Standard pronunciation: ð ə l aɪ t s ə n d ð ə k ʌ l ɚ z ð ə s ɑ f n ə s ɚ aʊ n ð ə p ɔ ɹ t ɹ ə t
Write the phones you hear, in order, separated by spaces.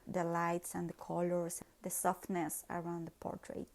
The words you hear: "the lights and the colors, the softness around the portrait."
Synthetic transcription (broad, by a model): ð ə l aɪ t s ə n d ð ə k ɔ l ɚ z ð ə s ɑ f n ə s ɚ aʊ n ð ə p ɔ ɹ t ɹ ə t